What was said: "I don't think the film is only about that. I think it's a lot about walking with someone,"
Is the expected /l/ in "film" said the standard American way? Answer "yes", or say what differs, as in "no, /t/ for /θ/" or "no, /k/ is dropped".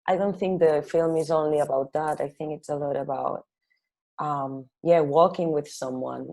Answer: yes